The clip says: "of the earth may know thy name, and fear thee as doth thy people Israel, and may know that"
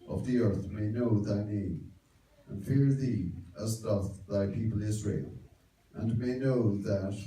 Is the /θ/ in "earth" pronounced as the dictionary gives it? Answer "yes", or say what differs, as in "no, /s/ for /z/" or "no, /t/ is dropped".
yes